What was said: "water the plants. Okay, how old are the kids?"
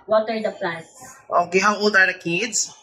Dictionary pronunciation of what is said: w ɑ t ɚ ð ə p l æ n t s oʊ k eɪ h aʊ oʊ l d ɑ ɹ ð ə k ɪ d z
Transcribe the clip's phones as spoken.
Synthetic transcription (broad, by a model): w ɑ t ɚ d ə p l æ t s oʊ k eɪ h aʊ oʊ l d ɑ ɹ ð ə k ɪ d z